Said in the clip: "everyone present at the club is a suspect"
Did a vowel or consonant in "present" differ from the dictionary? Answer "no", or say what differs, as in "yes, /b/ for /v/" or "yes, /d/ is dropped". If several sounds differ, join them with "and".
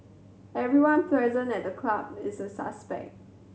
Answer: yes, /t/ is dropped